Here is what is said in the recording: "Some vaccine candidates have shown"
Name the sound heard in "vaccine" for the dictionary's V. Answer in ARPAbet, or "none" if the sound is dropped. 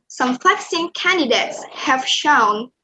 F